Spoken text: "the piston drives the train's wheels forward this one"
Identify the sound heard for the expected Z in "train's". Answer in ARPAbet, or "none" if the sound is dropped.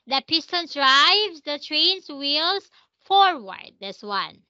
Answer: S